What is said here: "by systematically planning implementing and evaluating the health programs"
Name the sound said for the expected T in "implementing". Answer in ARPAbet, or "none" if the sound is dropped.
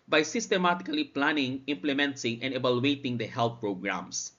S